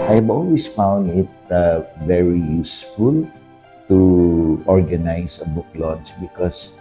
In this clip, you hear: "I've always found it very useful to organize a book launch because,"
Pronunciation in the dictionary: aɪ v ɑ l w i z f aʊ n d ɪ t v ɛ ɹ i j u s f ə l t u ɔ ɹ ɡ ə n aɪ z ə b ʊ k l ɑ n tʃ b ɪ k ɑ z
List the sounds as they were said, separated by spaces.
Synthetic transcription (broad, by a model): aɪ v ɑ l w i s f aʊ n d ɪ t v ɛ ɹ i j u s f ə l t u ɔ ɹ ɡ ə n aɪ s ə b ʊ k l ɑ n s b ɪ k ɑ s